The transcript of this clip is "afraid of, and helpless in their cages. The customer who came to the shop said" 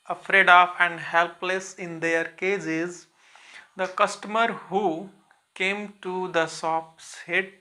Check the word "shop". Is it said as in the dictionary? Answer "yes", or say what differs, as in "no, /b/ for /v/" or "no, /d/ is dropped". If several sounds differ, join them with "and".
no, /s/ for /ʃ/